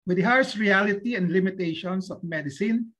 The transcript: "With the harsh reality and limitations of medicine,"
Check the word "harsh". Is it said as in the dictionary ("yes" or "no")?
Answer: no